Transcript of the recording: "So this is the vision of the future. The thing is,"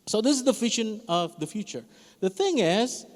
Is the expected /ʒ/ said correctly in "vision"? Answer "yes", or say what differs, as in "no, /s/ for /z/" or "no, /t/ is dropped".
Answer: no, /ʃ/ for /ʒ/